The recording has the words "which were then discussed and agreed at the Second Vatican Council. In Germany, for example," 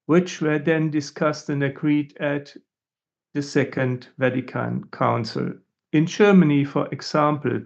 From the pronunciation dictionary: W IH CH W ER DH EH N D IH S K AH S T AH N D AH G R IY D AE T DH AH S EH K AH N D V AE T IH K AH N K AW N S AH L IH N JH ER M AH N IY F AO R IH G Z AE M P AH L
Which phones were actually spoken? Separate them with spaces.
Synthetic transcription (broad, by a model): W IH CH W ER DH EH N D IH S K AH S T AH N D AH G R IY D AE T DH AH S EH K AH N D V AE T IH K AH N K AW N S AH L IH N JH ER M AH N IY F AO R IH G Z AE M P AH L